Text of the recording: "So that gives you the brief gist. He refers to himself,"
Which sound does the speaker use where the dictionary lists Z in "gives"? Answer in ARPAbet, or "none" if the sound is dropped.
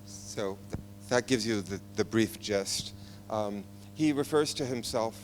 Z